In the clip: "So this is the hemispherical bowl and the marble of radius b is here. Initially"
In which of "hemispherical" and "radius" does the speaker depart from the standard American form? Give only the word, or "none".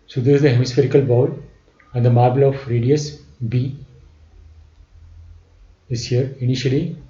none